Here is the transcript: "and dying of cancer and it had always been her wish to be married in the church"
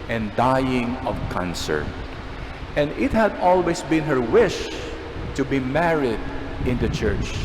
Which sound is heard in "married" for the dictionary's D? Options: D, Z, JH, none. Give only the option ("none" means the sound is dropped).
D